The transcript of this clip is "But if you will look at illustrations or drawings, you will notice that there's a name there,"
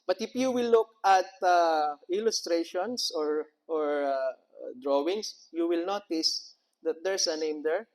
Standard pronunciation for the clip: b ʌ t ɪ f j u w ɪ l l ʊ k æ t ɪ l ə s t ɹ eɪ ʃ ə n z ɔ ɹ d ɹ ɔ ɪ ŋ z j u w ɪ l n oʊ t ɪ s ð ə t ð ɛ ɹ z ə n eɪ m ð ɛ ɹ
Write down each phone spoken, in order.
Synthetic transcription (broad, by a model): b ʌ t ɪ f j u w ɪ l l ʊ k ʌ t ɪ l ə s t ɹ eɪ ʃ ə n s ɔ ɹ d ɹ ɔ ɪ ŋ s j u w ɪ l n oʊ t ɪ s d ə t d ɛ ɹ s ə n eɪ m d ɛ ɹ